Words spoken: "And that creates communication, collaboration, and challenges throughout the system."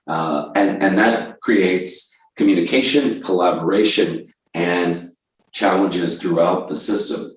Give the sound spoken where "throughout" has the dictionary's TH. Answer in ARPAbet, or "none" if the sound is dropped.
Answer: TH